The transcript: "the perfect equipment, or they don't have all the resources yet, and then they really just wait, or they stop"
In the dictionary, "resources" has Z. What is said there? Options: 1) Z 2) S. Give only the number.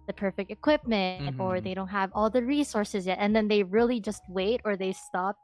1